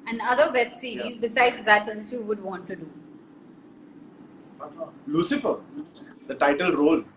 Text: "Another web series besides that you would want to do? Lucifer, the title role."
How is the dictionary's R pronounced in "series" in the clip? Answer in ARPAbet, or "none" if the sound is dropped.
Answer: none